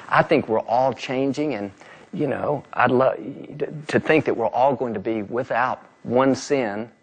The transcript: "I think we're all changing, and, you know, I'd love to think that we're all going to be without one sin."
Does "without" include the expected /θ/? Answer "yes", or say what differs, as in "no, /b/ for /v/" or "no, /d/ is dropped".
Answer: yes